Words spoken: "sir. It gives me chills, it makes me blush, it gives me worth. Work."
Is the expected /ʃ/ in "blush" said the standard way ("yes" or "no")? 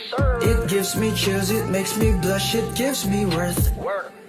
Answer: yes